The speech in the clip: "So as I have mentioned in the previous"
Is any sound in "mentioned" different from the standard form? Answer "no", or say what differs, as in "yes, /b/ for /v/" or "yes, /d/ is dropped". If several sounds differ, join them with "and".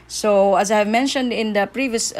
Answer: no